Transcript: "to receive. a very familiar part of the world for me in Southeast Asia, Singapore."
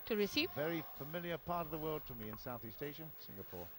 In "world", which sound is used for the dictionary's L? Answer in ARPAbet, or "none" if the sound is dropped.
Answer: L